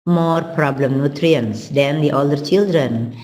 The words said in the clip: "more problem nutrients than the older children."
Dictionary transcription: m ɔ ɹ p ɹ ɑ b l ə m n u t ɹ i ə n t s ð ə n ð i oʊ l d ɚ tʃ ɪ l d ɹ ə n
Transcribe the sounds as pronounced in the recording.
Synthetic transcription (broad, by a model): m ɔ ɹ p ɹ ɑ b l ə m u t ɹ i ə n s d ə n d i oʊ l d ɚ tʃ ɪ l d ɹ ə n